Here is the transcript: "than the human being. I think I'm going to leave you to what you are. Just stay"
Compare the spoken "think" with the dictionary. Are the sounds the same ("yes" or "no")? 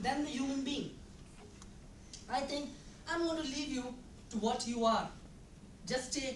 no